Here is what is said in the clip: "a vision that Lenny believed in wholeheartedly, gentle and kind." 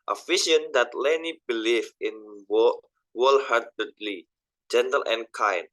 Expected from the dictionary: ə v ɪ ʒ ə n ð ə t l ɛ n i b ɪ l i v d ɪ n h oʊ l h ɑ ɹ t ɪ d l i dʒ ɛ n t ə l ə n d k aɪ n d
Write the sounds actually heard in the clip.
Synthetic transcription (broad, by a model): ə f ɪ ʃ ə n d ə t l ɛ n i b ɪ l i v ɪ n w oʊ l h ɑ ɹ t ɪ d l i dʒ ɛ n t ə l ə n k aɪ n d